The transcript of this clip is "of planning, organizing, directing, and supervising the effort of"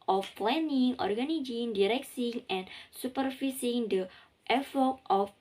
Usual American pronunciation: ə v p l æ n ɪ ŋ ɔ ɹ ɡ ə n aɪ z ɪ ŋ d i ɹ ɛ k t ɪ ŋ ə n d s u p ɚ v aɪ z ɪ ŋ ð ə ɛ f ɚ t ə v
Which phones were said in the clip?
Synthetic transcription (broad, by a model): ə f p l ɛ n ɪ ŋ ɔ ɹ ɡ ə n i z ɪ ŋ d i ɹ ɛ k s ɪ ŋ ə n s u p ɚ f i s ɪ ŋ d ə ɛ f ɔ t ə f